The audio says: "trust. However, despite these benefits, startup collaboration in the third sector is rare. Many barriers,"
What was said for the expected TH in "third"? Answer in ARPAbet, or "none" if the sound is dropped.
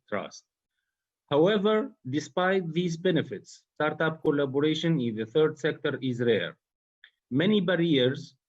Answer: TH